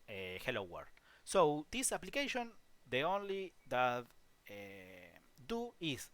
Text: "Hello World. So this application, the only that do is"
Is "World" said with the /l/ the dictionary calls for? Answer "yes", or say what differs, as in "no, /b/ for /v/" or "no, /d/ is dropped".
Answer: no, /l/ is dropped